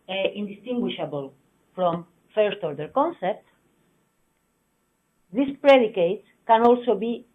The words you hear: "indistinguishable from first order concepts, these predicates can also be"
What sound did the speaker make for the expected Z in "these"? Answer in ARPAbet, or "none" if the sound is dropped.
S